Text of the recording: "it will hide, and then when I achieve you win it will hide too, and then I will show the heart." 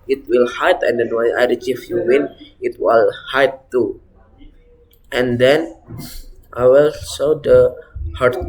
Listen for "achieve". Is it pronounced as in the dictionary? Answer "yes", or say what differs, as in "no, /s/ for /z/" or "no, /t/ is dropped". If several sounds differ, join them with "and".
no, /f/ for /v/